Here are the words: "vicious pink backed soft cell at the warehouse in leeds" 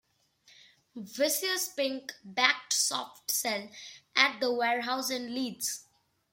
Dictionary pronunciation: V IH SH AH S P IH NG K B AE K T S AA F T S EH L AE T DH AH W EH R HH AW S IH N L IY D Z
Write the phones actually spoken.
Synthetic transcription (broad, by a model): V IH S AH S P IH NG K B AE K T S AA F T S EH L AE T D AH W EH R HH AW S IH N L IY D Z